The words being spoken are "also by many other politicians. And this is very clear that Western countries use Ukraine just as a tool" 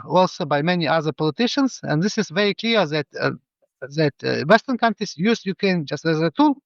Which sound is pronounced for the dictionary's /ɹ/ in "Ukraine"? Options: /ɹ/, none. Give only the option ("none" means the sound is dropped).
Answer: none